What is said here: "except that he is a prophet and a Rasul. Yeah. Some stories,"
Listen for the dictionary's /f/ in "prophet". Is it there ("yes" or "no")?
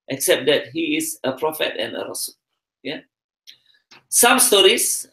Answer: yes